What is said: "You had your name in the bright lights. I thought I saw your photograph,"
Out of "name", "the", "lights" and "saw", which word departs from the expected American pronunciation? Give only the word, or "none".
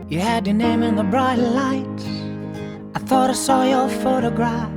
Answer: lights